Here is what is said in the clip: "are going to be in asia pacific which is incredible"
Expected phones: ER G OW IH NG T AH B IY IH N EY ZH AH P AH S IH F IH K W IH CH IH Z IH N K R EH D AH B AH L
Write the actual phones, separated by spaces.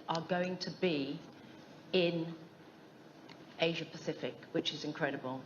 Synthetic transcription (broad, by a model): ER G OW IH NG T AH B IY IH N EY ZH AH P AH S IH F IH K W IH CH IH Z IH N K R EH D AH B AH L